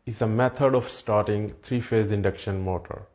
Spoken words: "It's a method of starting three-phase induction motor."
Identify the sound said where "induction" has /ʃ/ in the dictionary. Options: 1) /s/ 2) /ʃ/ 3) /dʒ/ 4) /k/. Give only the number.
2